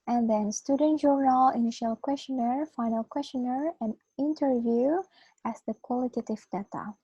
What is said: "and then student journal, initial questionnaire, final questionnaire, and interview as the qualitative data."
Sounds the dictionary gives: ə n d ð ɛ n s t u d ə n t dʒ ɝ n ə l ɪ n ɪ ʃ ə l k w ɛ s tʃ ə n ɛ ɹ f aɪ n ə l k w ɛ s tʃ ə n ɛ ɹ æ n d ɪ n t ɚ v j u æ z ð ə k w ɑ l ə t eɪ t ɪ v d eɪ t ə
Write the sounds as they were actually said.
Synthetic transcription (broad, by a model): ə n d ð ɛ n s t u d ə n t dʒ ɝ n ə l ɪ n ɪ ʃ ə l k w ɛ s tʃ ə n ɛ ɹ f aɪ n ə l k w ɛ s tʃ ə n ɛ ɹ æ n ɪ n t ɚ v j u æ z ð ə k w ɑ l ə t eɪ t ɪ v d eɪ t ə